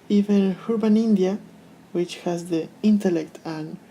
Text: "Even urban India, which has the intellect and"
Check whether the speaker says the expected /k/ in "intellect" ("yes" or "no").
yes